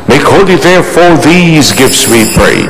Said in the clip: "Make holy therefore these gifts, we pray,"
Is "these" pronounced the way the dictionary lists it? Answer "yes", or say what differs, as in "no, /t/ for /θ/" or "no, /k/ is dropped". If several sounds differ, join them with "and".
yes